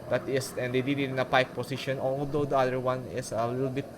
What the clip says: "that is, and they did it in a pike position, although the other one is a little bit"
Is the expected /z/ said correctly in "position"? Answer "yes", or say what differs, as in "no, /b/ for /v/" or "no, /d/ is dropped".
no, /s/ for /z/